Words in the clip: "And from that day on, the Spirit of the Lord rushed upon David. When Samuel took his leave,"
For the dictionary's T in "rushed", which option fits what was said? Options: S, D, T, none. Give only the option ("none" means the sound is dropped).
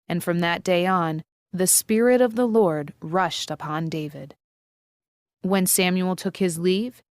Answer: T